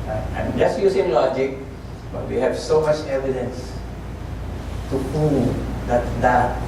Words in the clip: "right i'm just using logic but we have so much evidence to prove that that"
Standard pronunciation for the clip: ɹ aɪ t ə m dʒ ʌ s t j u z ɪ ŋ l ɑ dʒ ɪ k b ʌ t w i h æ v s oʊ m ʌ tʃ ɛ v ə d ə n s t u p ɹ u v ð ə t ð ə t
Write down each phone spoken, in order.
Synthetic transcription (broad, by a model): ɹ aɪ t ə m dʒ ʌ s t j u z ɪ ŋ l ɑ dʒ ɪ k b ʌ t w i h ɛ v s oʊ m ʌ tʃ ɛ v ə d ə n s t u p u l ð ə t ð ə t